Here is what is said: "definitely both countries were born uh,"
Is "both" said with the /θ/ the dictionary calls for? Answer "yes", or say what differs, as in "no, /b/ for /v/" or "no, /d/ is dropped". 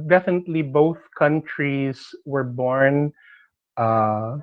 yes